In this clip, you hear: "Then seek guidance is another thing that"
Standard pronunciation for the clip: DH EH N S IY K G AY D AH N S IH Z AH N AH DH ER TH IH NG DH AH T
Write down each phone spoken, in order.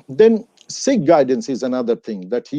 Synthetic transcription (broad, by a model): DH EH N S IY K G AY D N S IH Z AH N AH DH ER TH IH NG DH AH T